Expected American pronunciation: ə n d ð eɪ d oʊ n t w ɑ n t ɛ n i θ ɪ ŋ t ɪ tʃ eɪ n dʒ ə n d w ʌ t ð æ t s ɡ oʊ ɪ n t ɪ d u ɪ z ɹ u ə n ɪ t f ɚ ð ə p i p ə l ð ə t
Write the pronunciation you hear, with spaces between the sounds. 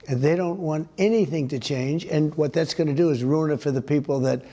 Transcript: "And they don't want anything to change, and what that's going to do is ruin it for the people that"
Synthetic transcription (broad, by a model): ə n ð eɪ d oʊ n t w ɑ n t ɛ n i θ ɪ ŋ t ɪ tʃ eɪ n dʒ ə n w ʌ t ð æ t s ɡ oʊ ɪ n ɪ d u ɪ z ɹ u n ɪ t f ɚ ð ə p i p l ð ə t